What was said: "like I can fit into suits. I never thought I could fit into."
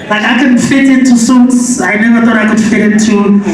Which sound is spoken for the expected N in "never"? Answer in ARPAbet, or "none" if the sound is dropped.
N